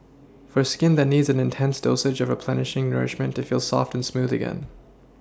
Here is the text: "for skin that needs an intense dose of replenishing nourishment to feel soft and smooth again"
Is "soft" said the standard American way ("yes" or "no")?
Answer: yes